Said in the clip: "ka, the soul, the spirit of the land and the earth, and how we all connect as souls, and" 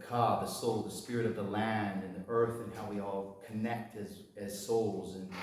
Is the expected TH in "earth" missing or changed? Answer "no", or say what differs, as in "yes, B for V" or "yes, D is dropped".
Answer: no